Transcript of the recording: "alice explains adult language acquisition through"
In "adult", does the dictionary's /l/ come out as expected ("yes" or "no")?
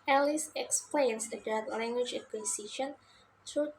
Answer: no